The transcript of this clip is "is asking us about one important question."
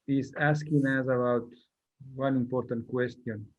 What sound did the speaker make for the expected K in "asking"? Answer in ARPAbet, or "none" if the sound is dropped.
K